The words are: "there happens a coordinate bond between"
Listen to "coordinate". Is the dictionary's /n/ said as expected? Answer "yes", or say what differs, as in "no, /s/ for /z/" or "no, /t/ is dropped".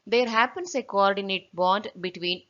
yes